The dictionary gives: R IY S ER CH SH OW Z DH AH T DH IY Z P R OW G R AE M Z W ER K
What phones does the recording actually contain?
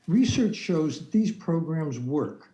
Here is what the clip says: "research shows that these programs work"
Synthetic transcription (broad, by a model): R IY S ER CH SH OW Z DH AH T DH IY Z P R OW G R AE M Z W ER K